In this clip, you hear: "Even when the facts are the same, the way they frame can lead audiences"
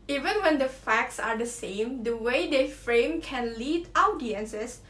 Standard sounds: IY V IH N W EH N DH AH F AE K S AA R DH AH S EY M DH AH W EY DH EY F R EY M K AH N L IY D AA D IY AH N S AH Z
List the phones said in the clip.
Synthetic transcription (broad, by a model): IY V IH N W EH N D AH F AE K S AA R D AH S EY M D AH W EY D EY F R EY M K AH N L IY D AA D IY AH N S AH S